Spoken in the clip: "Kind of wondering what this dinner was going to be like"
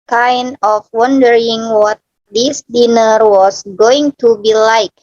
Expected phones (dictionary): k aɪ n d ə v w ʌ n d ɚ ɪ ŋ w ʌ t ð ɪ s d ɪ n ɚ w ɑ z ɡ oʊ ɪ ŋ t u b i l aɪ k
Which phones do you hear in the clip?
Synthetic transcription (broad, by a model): k aɪ n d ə f w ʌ n d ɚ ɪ ŋ w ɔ t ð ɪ s d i n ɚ w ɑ s ɡ oʊ ɪ ŋ t u b i l aɪ k